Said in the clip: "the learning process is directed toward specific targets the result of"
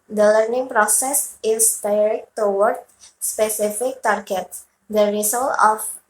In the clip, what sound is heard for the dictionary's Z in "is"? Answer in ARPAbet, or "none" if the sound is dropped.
S